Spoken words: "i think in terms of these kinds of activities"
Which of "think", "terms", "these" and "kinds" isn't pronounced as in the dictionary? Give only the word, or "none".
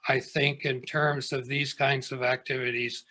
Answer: none